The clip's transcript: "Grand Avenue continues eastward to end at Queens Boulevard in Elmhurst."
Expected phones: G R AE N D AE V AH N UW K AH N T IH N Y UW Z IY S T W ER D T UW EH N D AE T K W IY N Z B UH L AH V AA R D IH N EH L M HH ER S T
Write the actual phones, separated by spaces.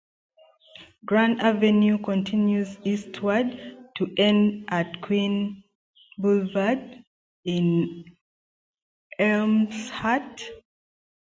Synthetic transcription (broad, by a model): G R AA N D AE V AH N UW K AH N T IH N Y UW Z IY S T W ER D T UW EH N D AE T K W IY N B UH L V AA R D IH N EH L M HH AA T